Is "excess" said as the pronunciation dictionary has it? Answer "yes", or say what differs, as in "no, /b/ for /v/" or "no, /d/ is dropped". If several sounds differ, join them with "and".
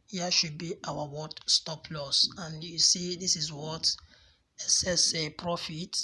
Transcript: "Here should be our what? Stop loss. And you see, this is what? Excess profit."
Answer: no, /k/ is dropped